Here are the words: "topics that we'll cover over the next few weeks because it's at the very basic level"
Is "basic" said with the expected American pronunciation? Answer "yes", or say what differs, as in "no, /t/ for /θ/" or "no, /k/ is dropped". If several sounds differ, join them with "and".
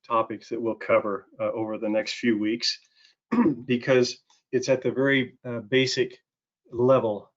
yes